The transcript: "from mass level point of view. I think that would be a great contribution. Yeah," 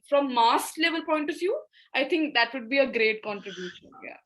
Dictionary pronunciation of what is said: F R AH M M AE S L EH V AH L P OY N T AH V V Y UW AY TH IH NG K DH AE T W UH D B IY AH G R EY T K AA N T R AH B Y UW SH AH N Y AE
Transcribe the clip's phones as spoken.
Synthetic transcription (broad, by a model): F R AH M M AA S L EH V AH L P OY N T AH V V Y UW AY T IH NG K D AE T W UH D B IY AH G R EY T K AA N T R AH B Y UW SH AH N Y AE